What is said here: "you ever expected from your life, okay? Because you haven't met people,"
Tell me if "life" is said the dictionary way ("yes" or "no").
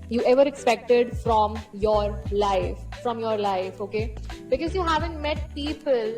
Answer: yes